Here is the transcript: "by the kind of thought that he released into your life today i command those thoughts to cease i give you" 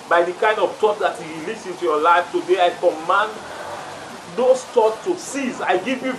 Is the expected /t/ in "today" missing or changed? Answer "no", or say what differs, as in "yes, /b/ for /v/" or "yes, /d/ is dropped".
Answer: no